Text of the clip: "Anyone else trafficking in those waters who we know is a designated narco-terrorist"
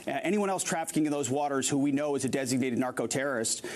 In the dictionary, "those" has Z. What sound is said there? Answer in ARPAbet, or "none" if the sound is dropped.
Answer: Z